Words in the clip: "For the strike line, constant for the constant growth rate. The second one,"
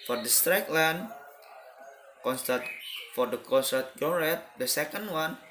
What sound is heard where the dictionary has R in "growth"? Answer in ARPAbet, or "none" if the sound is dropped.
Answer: none